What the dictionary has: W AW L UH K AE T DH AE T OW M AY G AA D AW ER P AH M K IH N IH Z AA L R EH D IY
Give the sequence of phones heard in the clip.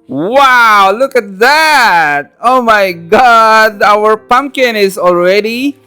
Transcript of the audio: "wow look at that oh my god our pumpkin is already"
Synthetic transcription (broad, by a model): W AW L UH K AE T DH AE T OW M AY G AA D AW ER P AH M K IH N IH Z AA L R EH D IY